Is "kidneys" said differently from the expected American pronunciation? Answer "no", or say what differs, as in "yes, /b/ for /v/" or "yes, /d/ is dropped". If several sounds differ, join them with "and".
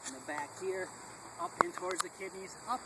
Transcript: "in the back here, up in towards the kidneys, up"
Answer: no